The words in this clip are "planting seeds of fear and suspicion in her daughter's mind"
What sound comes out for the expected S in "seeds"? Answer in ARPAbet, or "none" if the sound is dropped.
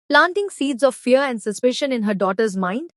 S